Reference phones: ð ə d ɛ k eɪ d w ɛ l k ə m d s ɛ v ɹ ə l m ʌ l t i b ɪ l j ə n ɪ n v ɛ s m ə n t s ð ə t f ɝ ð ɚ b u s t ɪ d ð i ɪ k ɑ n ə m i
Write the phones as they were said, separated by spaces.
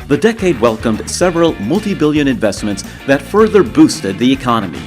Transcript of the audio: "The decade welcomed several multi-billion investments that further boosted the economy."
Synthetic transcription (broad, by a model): ð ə d ɛ k eɪ d w ɛ l k ə m d s ɛ v ɹ ə l m ʌ l t i b ɪ l j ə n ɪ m v ɛ s m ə n t s ð ə t f ɝ ð ɚ b u s t ɪ d ð i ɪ k ɑ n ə m i